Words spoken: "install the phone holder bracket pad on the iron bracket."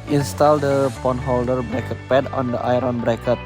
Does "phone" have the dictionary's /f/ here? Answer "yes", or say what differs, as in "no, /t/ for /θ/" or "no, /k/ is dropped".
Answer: no, /p/ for /f/